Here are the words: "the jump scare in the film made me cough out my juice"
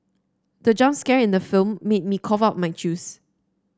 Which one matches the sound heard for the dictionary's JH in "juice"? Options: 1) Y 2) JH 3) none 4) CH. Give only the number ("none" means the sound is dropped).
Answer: 4